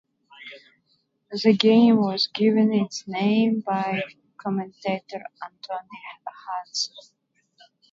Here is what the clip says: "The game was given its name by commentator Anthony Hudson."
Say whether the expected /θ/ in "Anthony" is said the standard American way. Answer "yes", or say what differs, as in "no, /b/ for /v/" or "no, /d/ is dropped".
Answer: no, /t/ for /θ/